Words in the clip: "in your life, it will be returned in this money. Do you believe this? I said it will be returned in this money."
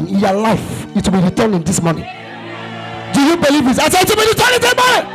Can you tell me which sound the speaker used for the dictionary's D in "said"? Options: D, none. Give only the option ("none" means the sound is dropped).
none